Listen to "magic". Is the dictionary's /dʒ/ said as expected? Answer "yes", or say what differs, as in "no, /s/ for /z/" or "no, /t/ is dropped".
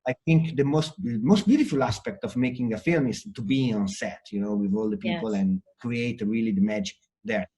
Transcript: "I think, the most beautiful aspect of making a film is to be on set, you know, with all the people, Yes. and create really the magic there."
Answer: yes